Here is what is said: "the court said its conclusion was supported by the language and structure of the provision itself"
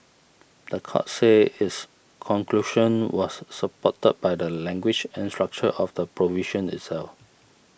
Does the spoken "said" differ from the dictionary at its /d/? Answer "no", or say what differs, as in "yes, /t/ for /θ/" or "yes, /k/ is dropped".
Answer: yes, /d/ is dropped